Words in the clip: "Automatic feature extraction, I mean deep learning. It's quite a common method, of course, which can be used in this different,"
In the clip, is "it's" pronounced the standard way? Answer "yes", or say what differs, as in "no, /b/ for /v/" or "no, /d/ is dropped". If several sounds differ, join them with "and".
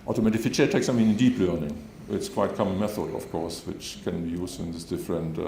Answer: yes